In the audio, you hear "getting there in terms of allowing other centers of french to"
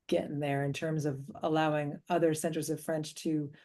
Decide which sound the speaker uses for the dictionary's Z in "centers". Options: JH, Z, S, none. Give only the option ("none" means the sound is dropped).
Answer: Z